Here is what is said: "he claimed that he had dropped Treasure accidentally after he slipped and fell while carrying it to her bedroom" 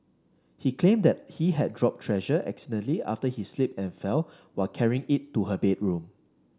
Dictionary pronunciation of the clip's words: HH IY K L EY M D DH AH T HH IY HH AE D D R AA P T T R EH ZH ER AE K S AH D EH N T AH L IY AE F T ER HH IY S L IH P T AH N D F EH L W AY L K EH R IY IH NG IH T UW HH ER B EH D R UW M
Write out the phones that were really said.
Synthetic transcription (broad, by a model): HH IY K L EY M D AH T HH IY HH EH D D R AA P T T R EH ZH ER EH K S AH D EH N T L IY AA F T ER HH IY S L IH P AH N F EH L W AY L K EH R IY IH NG IH T UW HH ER B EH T R UW M